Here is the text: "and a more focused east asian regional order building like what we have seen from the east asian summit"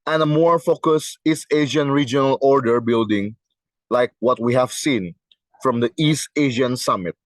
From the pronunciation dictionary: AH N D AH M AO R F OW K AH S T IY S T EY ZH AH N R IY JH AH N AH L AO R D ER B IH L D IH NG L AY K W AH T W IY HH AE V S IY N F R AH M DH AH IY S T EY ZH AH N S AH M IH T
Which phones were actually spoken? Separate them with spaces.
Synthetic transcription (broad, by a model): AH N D AH M AO R F OW K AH S IY S T EY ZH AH N R IY JH AH N AH L AO R D ER B IH L D IH NG L AY K W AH T W IY HH AE V S IY N F R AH M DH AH IY S T EY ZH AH N S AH M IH T